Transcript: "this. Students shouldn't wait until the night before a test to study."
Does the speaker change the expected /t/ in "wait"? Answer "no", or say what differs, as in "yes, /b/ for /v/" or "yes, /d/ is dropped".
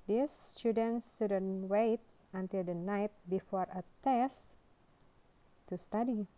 no